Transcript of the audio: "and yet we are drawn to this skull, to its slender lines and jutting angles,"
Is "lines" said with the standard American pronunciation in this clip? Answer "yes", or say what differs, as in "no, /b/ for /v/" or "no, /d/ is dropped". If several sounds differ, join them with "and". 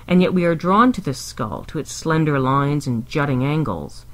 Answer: yes